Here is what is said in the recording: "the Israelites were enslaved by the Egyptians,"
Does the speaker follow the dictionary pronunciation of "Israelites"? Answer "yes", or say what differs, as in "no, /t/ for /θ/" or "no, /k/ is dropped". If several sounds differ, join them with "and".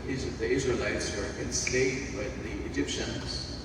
yes